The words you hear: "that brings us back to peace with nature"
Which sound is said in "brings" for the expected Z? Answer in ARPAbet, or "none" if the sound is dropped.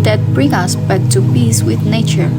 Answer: none